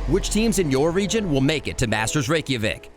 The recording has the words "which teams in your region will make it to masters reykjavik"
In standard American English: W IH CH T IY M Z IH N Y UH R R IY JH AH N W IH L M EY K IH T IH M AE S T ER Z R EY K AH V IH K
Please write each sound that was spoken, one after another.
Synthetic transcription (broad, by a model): W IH CH T IY M Z IH N Y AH R R IY JH AH N W IH L M EY K IH T IH M AE S T ER Z R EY K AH V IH K